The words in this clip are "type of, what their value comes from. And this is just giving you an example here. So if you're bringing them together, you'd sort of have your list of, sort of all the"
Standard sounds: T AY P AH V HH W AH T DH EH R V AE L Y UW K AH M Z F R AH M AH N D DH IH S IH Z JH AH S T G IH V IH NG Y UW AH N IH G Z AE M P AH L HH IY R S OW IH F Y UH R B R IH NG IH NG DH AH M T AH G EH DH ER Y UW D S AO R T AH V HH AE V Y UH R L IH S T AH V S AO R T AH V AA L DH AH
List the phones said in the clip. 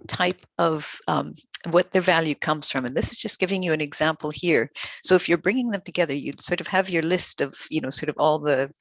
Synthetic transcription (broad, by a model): T AY P AH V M W AH T DH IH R V AE L Y UW K AH M Z F R AH M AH N DH IH S IH Z JH AH S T G IH V IH NG Y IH AH N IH G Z AE M P L HH IY R S OW IH F Y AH R B R IH NG IH NG DH AH M T AH G EH DH ER Y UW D S AO R T AH V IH V Y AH R L IH S T AH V S AO R T AH V AA L DH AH